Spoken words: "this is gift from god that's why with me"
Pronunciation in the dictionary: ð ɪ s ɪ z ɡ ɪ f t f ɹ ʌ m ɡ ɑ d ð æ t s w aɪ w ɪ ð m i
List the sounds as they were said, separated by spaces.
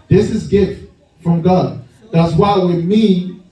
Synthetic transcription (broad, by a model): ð ɪ s ɪ z ɡ ɪ f t f ɹ ʌ m ɡ ɑ d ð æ t s w aɪ w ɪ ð m i